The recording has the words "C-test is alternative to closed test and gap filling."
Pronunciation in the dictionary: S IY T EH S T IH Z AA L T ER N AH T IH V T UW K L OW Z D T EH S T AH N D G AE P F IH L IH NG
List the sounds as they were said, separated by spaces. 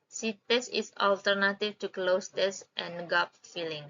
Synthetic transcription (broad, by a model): S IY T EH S IH S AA L T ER N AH T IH F T UW K L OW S T EH S T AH N G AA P F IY L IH NG